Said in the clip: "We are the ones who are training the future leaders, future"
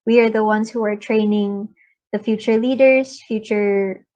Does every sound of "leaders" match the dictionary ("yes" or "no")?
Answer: yes